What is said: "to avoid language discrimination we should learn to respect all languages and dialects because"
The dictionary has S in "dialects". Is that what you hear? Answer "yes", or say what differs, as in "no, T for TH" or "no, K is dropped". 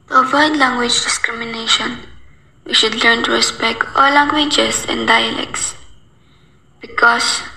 yes